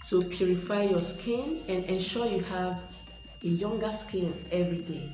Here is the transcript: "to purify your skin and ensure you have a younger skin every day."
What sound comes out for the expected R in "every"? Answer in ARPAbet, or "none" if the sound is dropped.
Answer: R